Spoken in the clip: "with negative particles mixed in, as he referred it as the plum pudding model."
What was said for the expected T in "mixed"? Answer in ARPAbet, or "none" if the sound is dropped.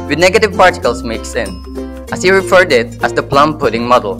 none